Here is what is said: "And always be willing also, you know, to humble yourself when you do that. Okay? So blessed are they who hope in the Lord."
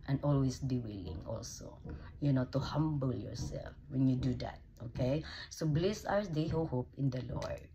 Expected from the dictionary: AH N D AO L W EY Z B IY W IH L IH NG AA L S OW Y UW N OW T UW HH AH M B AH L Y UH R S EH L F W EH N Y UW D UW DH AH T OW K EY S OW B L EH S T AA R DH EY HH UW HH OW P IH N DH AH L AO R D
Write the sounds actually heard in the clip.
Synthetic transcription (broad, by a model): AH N AO L W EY S B IY W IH L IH NG AA L S OW Y UW N OW T UW HH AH M B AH L Y UH R S EH L F W EH N Y UW D UW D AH T OW K EY S OW B L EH S AA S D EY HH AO HH OW P IH N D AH L AO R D